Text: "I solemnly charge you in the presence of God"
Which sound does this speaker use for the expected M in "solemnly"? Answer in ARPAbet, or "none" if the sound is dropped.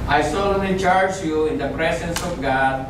none